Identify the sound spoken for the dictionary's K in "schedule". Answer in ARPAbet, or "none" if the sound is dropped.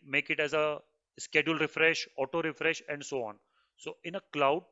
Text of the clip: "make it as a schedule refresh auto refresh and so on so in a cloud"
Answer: K